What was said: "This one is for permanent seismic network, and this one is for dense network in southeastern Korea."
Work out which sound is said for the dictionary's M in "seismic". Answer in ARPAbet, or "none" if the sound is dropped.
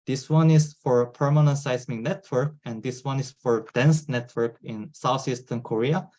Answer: none